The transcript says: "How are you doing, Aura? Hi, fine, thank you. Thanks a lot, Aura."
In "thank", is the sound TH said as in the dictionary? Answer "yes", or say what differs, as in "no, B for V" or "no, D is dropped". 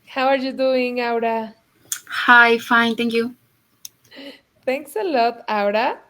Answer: no, T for TH